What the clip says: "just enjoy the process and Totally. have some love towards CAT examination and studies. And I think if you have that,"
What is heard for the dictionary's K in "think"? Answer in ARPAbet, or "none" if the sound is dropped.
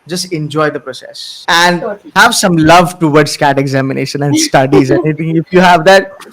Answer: none